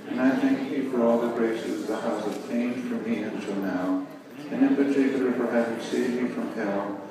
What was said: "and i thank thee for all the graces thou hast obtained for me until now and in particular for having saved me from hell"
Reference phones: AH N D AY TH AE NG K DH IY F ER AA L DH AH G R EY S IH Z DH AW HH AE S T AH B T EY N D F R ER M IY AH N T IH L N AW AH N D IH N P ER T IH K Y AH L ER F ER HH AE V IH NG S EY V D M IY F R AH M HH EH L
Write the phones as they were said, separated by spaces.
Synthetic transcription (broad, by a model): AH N AY TH AE NG K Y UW F ER AA L DH AH G R EY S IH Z DH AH HH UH S AH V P EY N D F R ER M IY AH N T IH L N AW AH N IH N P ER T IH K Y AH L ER F ER HH AE V IH NG S EY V M IY F R AH M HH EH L